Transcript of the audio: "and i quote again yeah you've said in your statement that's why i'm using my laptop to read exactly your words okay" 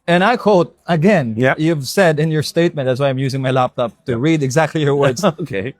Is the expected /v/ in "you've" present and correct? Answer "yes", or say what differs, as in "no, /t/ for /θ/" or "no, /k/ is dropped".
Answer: yes